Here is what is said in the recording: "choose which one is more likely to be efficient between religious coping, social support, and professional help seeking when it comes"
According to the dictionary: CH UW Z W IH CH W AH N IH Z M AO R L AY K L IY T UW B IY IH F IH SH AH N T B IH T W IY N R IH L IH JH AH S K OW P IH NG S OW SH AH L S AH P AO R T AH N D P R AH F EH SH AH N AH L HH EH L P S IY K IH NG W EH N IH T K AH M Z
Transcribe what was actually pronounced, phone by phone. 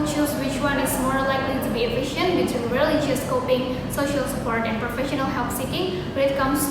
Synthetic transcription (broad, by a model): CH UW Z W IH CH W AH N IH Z M AO R L AY K L IY T UW B IY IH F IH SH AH N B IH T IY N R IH L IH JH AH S K OW P IH NG S OW SH AH L S AH P AO R T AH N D P R AH F EH SH AH N AH L HH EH L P S IY K IH NG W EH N IH T K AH M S